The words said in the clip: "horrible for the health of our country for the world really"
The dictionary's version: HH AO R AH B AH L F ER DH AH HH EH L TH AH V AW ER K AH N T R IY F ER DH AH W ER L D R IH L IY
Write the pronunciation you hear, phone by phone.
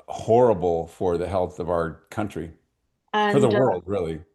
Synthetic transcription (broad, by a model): HH AO R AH B L F ER DH AH HH EH L TH AH V AW ER K AH N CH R IY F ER DH AH W ER L D R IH L IY